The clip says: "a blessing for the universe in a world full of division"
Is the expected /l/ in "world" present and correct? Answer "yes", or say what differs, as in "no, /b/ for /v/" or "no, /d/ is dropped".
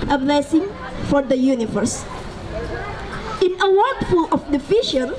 no, /l/ is dropped